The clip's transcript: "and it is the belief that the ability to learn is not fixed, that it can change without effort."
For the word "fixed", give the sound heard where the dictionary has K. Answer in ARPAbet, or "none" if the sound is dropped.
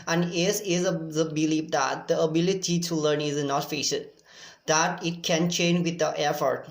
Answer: none